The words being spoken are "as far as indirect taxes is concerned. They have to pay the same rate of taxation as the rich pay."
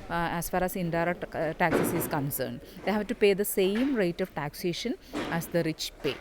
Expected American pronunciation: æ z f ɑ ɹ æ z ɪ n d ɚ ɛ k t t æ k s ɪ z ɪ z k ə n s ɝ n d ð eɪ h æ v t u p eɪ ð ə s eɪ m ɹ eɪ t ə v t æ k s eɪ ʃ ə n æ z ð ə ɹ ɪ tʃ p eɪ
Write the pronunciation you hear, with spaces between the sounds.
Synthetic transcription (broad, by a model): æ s f ɑ ɹ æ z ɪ n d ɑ t t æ k s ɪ s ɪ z k ə n s ɝ n d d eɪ h æ v t u p eɪ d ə s eɪ m ɹ eɪ t ə v t æ k s eɪ ʃ ə n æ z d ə ɹ ɪ tʃ p eɪ